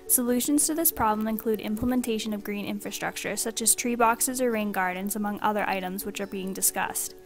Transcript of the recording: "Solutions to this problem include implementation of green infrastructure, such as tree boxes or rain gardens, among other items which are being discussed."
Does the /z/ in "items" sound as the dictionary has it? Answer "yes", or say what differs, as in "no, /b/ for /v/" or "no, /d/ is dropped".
yes